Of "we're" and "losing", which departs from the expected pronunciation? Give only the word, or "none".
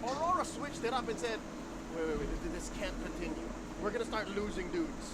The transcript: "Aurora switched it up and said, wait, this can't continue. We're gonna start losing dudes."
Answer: none